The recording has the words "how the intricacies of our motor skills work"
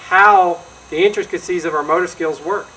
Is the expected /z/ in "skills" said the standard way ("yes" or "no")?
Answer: yes